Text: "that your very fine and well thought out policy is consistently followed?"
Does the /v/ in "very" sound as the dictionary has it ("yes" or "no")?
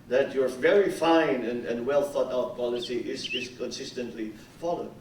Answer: yes